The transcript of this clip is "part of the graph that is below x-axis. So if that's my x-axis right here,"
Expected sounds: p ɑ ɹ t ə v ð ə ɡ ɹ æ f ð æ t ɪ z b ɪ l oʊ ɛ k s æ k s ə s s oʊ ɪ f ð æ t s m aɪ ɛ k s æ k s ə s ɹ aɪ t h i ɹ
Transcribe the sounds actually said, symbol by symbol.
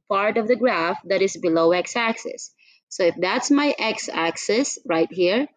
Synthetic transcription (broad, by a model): p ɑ ɹ t ə v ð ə ɡ ɹ æ f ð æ t ɪ z b ɪ l oʊ ɛ k s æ k s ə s s oʊ ɪ f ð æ t s m aɪ ɛ k s æ k s ə s ɹ aɪ t h i ɹ